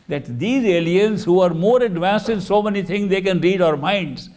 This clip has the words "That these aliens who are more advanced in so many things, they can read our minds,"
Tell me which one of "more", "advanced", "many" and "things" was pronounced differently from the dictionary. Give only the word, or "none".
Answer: things